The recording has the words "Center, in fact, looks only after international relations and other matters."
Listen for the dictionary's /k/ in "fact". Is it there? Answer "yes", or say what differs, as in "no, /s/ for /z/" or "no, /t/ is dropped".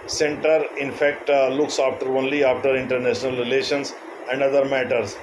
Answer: yes